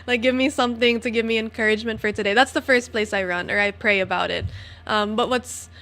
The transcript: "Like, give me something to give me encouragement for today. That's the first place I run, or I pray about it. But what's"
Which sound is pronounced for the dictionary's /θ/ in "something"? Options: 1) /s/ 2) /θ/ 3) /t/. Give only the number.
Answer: 2